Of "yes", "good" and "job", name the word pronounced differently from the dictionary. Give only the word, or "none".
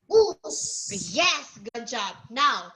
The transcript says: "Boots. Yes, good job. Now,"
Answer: none